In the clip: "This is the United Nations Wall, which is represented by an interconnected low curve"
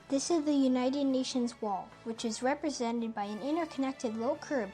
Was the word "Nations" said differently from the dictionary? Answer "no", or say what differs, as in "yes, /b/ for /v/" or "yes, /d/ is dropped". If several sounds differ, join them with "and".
no